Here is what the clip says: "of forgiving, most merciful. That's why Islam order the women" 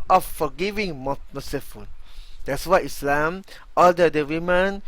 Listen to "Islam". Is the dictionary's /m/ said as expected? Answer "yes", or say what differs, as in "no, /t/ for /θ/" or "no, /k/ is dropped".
yes